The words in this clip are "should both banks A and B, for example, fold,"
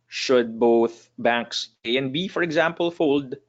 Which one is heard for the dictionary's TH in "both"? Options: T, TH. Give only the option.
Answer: TH